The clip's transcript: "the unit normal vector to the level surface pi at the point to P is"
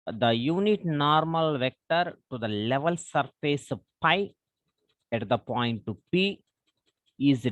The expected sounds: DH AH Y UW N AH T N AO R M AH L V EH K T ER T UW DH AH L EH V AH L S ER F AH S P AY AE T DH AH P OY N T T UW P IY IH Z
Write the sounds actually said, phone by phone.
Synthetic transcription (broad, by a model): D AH Y UW N AH T N AO R M AH L V EH K T ER T UW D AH L EH V AH L S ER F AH S P AY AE T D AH P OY N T T UW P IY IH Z